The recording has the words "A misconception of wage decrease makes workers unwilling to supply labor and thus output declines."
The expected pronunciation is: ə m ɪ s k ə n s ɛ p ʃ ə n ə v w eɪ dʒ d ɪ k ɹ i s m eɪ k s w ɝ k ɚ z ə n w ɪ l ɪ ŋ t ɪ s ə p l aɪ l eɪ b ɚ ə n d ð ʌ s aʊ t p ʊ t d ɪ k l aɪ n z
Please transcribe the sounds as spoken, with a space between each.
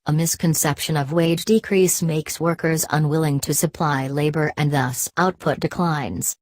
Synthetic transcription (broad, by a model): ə m ɪ s k ə n s ɛ p ʃ ə n ə v w eɪ dʒ d ɪ k ɹ i s m eɪ k s w ɝ k ɚ z ə n w ɪ l ɪ ŋ t ɪ s ə p l aɪ l eɪ b ɚ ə n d ð ʌ s aʊ t p ʊ t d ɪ k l aɪ n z